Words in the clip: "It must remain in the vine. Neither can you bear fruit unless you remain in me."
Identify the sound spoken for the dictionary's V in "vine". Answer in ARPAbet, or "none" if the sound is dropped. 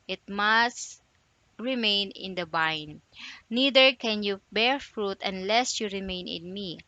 B